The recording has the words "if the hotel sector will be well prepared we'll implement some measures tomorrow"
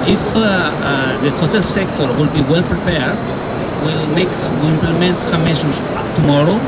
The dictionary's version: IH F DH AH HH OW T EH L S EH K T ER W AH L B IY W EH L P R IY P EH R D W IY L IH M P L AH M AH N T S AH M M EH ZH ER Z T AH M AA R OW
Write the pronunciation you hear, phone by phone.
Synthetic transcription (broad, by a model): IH F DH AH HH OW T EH L S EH K T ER W AH L B IY W EH L P R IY P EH R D W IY L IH M P L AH M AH N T S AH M M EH Z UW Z T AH M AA R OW